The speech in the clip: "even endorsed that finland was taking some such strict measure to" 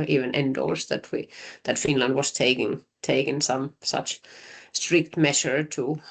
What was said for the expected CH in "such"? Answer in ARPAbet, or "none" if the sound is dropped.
CH